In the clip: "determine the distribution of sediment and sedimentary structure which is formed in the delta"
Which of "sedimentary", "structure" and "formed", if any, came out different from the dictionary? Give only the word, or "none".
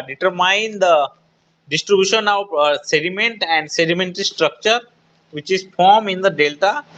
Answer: formed